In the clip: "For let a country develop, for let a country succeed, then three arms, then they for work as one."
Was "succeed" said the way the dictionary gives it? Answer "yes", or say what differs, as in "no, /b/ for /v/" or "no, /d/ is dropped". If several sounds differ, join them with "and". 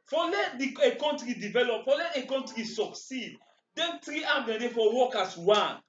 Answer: yes